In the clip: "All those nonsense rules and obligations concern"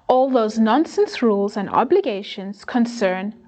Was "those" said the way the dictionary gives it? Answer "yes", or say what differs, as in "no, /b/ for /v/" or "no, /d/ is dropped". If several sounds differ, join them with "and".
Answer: yes